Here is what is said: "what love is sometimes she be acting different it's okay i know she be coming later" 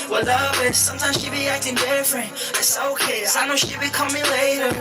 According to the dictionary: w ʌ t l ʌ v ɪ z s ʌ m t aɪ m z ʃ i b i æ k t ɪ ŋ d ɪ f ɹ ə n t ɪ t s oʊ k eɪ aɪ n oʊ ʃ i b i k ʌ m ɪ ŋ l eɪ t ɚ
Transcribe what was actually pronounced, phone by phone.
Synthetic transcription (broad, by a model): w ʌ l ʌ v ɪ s s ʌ m t aɪ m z ʃ i b i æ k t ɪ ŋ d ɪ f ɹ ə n ɪ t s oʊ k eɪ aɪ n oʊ ʃ i b i k ʌ m ɪ ŋ l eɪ t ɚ